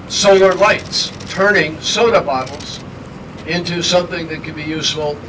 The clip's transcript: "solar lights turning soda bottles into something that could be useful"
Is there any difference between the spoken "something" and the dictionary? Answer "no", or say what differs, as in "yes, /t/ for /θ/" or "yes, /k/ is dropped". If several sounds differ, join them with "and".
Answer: no